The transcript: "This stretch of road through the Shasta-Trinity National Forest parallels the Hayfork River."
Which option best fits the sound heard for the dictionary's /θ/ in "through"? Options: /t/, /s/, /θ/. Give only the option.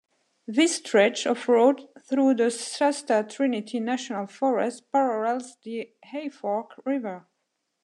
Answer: /θ/